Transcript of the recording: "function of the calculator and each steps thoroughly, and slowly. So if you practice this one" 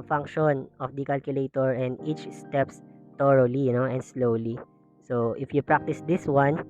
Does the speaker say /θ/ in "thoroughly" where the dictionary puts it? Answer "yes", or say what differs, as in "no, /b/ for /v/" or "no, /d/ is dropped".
no, /t/ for /θ/